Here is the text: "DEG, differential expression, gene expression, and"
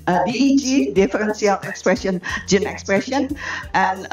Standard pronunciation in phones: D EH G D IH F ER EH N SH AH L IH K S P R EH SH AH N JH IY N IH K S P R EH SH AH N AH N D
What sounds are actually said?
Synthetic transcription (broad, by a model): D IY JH D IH F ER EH N S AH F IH K S P R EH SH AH N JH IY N IH K S P R EH SH AH N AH N